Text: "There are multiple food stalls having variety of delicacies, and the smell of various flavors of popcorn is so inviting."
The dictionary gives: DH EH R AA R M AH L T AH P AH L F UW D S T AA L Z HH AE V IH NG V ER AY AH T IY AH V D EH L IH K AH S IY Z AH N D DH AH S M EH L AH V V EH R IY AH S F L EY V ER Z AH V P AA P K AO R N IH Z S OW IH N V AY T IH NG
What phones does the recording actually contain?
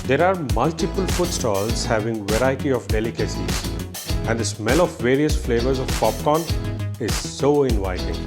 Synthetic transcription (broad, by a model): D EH R AA R M AH L T AH P AH L F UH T S T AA L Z HH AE V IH NG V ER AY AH T IY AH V D EH L IH K AH S IY Z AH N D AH S M EH L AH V V EH R IY AH S F L EY V ER Z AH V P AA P K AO N IH Z S OW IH N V AY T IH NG